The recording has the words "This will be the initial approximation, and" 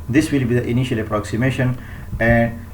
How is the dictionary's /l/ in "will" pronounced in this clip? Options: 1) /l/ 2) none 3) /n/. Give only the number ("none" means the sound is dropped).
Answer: 1